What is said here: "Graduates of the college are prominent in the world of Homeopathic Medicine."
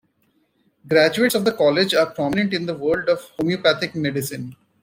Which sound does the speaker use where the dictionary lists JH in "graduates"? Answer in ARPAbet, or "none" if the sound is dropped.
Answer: JH